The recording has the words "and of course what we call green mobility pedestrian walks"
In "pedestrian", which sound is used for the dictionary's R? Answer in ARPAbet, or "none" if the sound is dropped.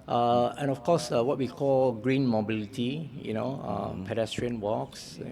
R